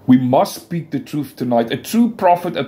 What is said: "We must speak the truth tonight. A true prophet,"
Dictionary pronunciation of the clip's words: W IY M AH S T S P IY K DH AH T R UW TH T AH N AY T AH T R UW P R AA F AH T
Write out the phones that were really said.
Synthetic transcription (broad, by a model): W IY M AH S T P IY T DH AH T R UW TH T AH N AY T AH T R UW P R AA F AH T